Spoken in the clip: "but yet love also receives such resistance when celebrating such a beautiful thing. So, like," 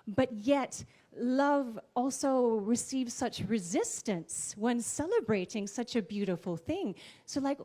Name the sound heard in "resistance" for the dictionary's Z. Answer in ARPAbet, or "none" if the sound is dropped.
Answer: Z